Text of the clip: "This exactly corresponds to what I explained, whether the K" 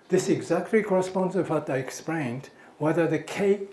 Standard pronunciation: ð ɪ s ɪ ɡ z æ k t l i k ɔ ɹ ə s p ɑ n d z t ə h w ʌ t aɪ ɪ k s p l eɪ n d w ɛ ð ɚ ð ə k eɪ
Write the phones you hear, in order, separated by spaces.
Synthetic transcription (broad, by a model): ð ɪ s ɪ ɡ z æ k t l i k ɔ ɹ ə s p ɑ n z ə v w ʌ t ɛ ɪ k s p l eɪ n d w ɛ ð ɚ ð ə k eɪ